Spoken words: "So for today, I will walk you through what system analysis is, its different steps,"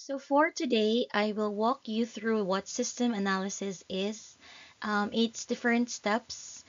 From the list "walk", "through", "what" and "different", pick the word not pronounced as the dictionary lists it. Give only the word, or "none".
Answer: none